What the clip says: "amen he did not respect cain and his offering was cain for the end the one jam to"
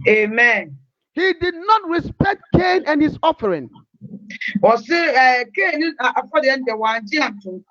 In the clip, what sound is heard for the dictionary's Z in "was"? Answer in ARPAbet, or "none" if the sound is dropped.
S